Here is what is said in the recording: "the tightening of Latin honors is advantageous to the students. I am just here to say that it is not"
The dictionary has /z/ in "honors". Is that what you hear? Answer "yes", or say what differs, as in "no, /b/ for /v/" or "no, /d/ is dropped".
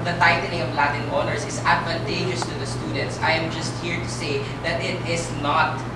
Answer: no, /s/ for /z/